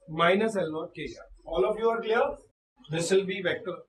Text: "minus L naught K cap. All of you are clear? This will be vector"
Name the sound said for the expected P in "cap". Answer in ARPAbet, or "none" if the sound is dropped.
none